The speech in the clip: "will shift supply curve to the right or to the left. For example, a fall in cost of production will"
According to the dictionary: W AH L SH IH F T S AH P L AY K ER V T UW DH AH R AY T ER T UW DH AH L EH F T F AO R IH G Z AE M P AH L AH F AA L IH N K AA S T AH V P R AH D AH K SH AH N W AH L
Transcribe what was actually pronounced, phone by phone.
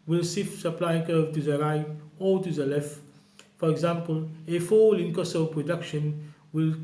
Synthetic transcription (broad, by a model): W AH L S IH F S AH P L AY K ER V T UW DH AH R AY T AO T UW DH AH L EH F T F AO R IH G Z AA M P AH L AH F AA L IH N K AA S AH P R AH D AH K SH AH N W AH L